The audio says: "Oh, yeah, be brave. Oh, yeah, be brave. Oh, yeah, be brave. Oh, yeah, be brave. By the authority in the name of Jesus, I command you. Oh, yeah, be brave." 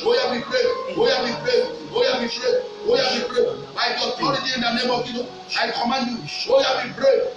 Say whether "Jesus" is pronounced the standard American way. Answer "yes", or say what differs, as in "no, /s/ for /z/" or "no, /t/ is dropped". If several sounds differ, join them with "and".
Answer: no, /s/ is dropped